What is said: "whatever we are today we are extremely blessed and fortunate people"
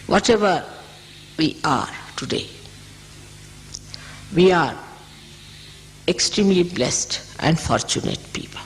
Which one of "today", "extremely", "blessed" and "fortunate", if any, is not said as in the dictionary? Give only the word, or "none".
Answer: none